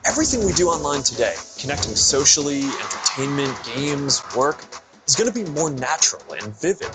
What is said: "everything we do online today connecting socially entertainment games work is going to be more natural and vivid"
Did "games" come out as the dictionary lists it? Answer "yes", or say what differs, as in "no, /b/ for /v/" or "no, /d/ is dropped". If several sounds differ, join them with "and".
yes